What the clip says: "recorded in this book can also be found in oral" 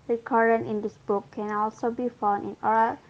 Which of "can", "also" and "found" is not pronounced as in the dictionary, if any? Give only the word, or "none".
found